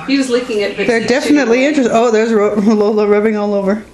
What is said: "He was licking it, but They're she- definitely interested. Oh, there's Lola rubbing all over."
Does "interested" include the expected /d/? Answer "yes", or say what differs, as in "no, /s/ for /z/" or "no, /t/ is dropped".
no, /d/ is dropped